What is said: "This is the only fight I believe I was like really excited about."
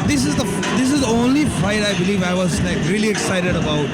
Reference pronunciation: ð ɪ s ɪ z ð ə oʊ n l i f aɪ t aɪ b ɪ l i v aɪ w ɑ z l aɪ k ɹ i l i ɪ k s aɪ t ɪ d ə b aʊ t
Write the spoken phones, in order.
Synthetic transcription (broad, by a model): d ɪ s ɪ z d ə oʊ n l i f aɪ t aɪ b ɪ l i v aɪ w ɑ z n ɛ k ɹ i l i ɪ k s aɪ t ɪ d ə b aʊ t